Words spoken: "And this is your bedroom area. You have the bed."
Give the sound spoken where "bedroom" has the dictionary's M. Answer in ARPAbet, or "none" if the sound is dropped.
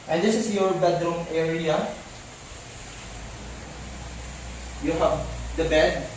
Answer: M